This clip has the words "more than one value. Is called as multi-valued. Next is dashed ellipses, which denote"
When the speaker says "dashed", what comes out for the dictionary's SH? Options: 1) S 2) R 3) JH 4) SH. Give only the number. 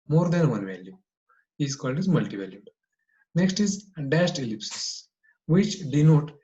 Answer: 1